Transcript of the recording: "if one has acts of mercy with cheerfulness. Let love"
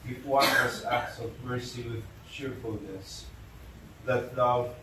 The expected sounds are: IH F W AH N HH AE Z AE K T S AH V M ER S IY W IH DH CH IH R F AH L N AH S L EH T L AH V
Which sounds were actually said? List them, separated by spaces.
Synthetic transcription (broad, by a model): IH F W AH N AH S AE K T S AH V M ER S IY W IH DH CH IH R F AH L N AH S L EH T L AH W